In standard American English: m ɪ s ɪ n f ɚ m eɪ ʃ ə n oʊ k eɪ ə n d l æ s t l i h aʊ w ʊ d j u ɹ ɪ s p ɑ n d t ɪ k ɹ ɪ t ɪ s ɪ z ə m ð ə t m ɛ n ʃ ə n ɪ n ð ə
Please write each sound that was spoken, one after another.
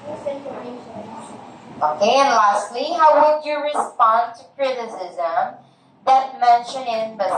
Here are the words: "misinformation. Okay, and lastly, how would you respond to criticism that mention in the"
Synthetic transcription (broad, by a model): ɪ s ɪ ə k eɪ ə n l æ s t l i h aʊ w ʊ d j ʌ ɹ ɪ s p ɑ n t ɪ k ɹ ɪ t ɪ s ɪ z ə m ð ə t m ɛ n ʃ ə n ɪ n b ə